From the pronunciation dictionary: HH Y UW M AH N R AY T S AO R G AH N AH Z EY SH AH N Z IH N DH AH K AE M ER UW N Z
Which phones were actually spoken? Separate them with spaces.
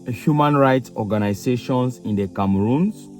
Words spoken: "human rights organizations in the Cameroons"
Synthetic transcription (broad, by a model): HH Y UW M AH N R AY T S AO G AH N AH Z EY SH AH N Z IH N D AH K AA M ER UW N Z